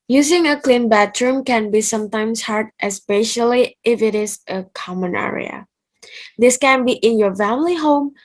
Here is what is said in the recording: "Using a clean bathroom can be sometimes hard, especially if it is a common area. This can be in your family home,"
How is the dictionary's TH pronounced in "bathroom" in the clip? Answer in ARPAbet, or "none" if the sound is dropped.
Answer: T